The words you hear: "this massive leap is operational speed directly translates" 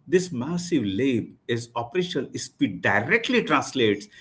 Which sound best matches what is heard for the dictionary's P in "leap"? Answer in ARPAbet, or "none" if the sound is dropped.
B